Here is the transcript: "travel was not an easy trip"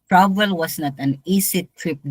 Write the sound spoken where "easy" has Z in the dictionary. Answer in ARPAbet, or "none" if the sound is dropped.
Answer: S